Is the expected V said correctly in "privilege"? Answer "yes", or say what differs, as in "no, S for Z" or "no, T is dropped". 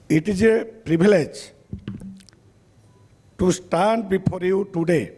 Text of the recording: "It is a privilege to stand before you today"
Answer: no, B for V